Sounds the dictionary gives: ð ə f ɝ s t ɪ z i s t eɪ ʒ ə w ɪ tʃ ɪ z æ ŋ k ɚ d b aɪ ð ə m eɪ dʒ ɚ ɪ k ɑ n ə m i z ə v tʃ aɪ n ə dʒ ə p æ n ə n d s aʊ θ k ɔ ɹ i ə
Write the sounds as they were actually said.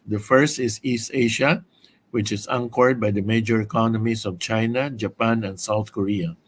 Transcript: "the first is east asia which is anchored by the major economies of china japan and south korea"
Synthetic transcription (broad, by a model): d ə f ɝ s t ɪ s i s t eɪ ʃ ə w ɪ tʃ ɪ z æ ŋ k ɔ d b aɪ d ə m eɪ dʒ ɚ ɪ k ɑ n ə m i s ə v tʃ aɪ n ə dʒ ə p æ n ə n d s aʊ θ k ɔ ɹ i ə